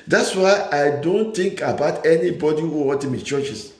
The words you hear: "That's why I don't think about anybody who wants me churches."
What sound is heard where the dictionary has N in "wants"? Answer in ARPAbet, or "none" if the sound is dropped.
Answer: none